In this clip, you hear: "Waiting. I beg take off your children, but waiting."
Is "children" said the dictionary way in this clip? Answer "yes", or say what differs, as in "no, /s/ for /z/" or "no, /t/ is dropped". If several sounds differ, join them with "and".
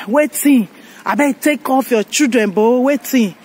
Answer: no, /l/ is dropped